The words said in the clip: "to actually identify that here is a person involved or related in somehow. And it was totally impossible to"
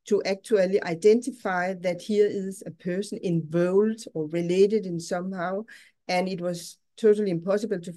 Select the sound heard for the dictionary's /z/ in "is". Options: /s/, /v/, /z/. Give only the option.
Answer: /s/